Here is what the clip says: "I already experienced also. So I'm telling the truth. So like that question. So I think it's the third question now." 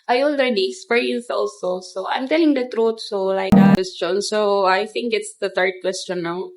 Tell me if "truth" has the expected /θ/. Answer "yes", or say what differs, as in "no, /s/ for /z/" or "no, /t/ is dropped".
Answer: no, /t/ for /θ/